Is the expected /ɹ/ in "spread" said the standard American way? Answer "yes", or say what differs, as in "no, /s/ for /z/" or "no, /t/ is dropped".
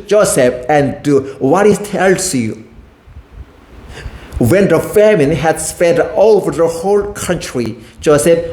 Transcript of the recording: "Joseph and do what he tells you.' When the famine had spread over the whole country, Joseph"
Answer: no, /ɹ/ is dropped